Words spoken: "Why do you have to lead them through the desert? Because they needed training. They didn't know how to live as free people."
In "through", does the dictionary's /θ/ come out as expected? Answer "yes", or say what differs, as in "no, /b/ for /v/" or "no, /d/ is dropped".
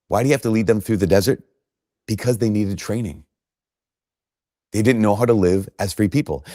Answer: yes